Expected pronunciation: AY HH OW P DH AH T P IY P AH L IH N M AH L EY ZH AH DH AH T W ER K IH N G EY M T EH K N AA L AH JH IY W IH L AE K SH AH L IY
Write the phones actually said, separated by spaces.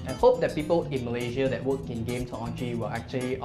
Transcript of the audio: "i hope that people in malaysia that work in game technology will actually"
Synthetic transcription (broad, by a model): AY HH OW P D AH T P IY P AH L IH N M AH L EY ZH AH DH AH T W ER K IH N G EY M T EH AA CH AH IY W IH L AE K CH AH L IY